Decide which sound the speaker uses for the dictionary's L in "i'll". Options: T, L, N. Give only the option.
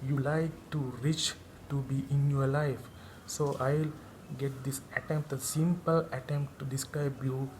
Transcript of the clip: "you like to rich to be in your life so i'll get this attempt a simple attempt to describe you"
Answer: L